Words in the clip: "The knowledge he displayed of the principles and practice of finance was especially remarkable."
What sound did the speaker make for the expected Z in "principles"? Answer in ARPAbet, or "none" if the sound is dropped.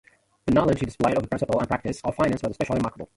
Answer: none